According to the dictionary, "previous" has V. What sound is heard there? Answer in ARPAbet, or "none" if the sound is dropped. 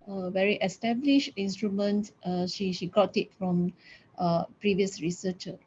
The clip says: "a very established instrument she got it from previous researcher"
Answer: V